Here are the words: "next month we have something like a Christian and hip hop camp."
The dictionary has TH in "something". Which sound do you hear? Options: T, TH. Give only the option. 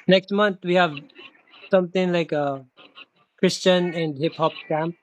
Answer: T